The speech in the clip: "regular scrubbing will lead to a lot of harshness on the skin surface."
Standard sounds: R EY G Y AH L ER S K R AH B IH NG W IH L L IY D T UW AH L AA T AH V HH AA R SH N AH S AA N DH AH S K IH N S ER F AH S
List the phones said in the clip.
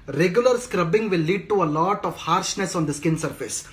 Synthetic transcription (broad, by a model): R EY G Y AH L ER S K R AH B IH NG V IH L L IY D T UW AH L AA T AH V HH AA R SH N AH S AA N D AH S K IH N S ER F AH S